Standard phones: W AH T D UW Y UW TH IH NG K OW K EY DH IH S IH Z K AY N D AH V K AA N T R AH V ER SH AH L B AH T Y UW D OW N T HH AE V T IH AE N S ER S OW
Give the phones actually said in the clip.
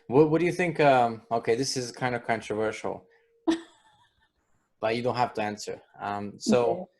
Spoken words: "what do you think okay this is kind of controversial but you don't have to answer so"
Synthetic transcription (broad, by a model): W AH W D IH Y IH TH IH NG K OW K EY DH IH S IH Z K AY N D AH V K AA N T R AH V ER SH L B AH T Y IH D OW N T HH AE F T IH AE N S ER S OW